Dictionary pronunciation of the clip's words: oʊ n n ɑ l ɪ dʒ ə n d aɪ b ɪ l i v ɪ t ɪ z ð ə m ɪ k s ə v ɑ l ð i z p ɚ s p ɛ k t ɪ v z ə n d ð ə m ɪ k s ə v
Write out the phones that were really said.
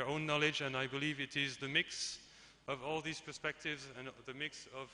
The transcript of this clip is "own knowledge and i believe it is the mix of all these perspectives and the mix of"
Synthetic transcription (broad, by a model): oʊ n n ɑ l ɪ dʒ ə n aɪ b ɪ l i v ɪ t ɪ z ð ə m ɪ k s ə v ɑ l ð i z p ɚ s p ɛ k t ɪ v z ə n ð ə m ɪ k s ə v